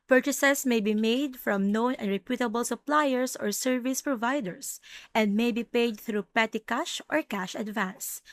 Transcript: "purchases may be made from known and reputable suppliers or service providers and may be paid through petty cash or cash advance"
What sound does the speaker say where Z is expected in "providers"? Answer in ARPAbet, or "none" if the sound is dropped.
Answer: S